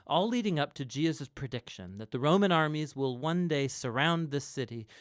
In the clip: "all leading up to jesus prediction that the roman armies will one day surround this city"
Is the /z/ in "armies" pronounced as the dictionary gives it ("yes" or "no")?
yes